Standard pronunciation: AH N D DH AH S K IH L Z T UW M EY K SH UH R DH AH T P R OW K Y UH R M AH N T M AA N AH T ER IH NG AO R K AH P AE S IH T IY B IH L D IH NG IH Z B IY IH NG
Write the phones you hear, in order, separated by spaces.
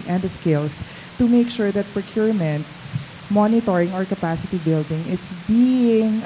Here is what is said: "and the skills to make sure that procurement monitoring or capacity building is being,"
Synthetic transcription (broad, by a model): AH N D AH S K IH L S T UW M EY K SH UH R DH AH T P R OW K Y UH R M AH N T M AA N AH T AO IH NG AO R K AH P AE S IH T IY B IH L D IH NG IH S B IY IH NG